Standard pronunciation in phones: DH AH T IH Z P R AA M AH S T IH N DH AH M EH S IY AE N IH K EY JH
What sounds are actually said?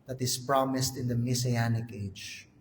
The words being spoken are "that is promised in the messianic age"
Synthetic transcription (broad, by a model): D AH T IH S P R AA M AH S T IH N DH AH M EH S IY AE N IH K EY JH